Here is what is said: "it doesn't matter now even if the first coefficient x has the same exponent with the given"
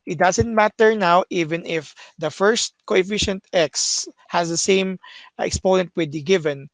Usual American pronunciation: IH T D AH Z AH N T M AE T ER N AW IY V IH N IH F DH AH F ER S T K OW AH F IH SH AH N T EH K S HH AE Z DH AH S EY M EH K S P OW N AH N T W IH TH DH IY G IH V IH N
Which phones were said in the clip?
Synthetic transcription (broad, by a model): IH T D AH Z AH N T M AE T ER N AW IY V IH N IH F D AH F ER S T K OW AH F IH SH AH N T EH K S HH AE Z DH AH S EY M EH K S P OW N AH N T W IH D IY G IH V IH N